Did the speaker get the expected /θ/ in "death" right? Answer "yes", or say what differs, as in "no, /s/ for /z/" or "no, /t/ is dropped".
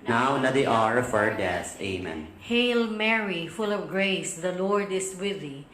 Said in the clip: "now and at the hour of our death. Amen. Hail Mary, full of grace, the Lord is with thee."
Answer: no, /s/ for /θ/